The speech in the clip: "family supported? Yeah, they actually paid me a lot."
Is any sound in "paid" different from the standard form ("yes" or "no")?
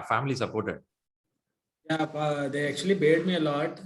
yes